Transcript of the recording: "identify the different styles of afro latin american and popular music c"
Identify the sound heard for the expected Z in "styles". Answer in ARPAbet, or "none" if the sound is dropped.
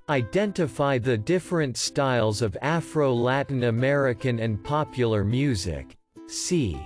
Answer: Z